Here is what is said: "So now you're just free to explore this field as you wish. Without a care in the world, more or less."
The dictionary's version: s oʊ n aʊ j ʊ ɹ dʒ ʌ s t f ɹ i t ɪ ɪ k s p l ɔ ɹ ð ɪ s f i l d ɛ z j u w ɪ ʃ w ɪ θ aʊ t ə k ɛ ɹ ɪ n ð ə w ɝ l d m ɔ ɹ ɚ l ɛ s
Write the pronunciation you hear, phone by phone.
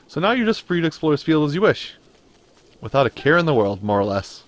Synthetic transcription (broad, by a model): s oʊ n aʊ j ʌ ɹ dʒ ʌ s t f ɹ i t ɪ ɪ k s p l ɔ ɹ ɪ s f i l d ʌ z j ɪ w ɪ ʃ w ɪ θ aʊ t ə k ɛ ɹ ɪ n ð ə w ɝ l d m ɔ ɹ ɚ l ɛ s